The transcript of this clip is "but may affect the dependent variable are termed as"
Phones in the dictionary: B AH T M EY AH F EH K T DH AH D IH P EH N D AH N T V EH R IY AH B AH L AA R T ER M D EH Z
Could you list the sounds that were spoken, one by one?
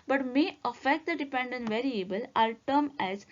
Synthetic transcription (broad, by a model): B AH T M EY AH F EH K T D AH D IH P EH N D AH N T V EH R IY AH B AH L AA L T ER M EH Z